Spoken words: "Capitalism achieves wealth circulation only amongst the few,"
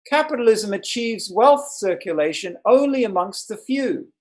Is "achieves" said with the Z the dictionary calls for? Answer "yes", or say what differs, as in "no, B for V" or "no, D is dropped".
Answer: yes